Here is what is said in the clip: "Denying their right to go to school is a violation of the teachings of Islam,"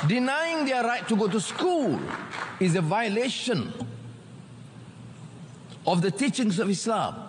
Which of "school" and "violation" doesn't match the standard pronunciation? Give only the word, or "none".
none